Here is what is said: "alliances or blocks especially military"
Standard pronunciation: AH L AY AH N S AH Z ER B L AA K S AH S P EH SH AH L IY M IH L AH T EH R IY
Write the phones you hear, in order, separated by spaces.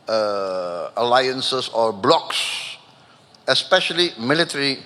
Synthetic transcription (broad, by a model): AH L AY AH N S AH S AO B L AA K S AH S P EH SH AH L IY M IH L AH T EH R IY